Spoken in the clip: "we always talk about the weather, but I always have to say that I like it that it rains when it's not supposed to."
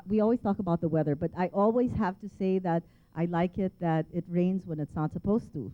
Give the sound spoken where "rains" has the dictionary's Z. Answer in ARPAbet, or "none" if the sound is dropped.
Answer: Z